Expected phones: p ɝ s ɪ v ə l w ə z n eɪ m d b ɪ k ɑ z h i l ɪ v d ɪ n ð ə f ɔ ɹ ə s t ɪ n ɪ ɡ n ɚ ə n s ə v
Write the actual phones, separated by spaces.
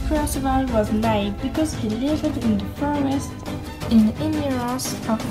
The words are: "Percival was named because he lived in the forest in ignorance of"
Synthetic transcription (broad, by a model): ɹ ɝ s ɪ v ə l w ə z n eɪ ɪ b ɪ k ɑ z h i l ɪ v d ɪ n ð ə f ɔ ɹ ə s t ɪ n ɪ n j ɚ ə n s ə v